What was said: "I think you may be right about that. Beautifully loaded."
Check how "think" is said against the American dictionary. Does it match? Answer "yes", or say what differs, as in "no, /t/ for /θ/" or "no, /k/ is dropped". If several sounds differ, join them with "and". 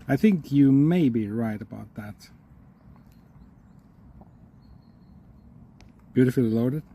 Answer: yes